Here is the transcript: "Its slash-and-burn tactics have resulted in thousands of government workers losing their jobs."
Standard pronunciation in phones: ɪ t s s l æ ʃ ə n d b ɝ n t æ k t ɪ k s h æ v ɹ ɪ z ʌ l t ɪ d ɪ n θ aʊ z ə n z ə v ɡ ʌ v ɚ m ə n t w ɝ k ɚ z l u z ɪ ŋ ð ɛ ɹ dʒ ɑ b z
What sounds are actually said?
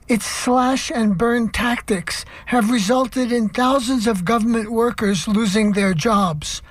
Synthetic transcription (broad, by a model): ɪ t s s l æ ʃ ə n b ɝ n t æ k t ɪ k s h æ v ɹ ɪ z ʌ l t ɪ d ɪ n θ aʊ z ə n z ə v ɡ ʌ v ɚ m ə n t w ɝ k ɚ z l u z ɪ ŋ ð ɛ ɹ dʒ ɑ b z